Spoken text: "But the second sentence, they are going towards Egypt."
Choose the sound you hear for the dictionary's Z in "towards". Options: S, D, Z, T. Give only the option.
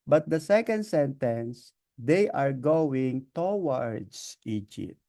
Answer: S